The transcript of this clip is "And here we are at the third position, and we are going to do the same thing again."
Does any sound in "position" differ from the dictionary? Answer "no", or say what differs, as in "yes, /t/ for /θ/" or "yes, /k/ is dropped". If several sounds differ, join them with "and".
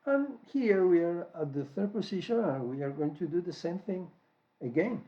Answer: yes, /s/ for /z/